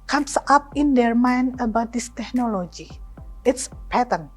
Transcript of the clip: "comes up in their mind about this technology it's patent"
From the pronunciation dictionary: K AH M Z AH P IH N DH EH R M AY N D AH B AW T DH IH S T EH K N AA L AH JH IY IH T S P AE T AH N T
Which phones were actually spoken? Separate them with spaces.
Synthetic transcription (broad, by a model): K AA M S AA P IH N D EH R M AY N AH B AW T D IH S T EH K N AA L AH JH IY IH T S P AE T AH N